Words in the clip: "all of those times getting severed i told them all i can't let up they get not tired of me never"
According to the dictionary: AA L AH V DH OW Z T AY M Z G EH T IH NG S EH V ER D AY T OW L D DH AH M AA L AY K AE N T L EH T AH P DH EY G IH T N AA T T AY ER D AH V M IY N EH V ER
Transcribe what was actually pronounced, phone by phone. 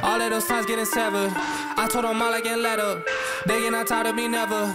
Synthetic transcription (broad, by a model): AA L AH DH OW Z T AY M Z G EH T IH NG S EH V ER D AY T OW D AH M AA L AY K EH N L EH T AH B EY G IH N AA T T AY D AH M IY N EH V ER